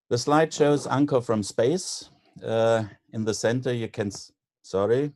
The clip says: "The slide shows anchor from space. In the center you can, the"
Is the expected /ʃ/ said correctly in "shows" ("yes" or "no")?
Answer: yes